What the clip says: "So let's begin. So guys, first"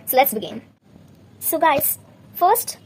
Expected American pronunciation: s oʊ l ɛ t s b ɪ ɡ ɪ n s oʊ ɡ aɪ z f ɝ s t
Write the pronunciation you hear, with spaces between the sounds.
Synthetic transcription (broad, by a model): s oʊ l ɛ t s b ɪ ɡ ɪ n s oʊ ɡ aɪ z f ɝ s t